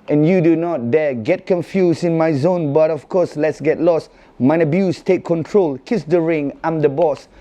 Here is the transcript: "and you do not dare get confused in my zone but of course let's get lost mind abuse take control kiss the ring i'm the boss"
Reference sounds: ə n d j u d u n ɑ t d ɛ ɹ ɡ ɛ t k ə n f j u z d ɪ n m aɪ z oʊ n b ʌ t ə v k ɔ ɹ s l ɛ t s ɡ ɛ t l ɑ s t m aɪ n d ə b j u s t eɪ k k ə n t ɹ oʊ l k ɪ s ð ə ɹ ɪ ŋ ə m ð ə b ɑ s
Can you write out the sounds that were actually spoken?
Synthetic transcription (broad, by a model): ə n j u d u n ɑ t d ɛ ɡ ɛ t k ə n f j u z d ɪ n m aɪ z oʊ n b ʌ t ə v k ɔ s l ɛ t s ɡ ɛ t l ɑ s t m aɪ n ə b j u s t eɪ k k ə n t ɹ oʊ l k ɪ s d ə ɹ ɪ ŋ ə m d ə b ɑ s